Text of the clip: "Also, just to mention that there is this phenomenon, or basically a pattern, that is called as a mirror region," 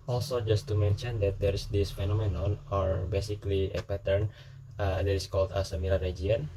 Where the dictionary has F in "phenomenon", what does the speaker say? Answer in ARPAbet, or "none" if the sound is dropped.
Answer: F